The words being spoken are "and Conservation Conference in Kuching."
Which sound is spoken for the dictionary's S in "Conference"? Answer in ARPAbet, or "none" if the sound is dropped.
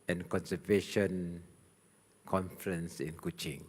S